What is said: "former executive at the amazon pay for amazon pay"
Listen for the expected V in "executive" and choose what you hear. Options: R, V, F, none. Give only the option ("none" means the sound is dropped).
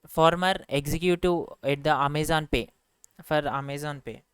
none